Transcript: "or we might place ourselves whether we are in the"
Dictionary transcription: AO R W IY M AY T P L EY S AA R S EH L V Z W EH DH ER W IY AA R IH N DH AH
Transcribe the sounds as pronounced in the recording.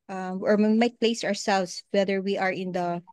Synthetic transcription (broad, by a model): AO R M M AY T P L EY S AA R S EH L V S W EH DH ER W IY AA R IH N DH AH